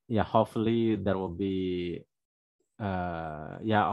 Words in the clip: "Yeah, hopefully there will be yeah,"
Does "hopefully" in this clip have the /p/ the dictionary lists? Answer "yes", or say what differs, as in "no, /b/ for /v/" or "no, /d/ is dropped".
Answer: no, /p/ is dropped